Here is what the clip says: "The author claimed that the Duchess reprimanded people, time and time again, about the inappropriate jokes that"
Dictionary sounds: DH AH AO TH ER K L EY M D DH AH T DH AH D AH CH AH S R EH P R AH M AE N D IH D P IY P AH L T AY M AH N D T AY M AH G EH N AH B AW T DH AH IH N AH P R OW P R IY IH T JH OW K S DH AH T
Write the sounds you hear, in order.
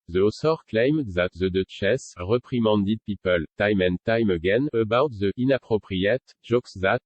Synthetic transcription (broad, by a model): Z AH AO S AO K L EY M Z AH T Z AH D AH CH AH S R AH P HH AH M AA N D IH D P IY P AH L T AY M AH N T AY M AH G EH N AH B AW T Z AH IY N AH P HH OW P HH IY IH T ZH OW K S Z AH T